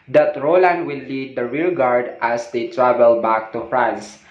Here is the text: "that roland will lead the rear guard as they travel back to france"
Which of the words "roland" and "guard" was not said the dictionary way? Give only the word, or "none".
none